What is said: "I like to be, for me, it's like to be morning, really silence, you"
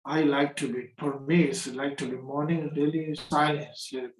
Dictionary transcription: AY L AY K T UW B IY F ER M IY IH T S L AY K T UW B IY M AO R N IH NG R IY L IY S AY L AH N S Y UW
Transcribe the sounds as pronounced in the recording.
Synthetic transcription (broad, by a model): AY L AY K T UW B IY P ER M IY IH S L AY K T UW B IY M AO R N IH NG R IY L IY S AY L AH N S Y